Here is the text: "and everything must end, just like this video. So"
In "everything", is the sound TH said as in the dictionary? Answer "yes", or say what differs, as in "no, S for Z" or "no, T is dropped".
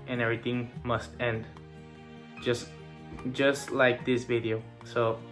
no, T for TH